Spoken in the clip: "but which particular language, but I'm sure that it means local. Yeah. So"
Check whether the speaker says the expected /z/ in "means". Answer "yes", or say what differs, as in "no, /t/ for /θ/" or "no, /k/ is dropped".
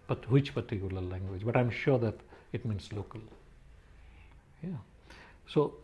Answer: no, /s/ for /z/